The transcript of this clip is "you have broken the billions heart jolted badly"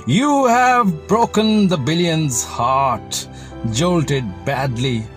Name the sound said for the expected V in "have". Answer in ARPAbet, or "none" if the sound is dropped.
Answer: V